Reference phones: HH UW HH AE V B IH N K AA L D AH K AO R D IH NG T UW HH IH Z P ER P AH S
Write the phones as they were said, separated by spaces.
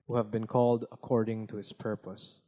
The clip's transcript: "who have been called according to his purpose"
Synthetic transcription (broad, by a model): HH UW HH AE V B IH N K AA L D AH K AO R D IH NG T UW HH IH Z P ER P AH S